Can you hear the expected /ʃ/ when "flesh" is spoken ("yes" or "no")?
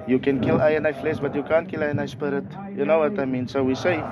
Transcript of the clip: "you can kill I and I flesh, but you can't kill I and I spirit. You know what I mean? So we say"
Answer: no